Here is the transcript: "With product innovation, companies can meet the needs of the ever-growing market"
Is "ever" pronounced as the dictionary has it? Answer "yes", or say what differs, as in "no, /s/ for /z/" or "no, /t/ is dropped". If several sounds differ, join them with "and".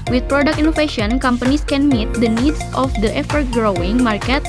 no, /f/ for /v/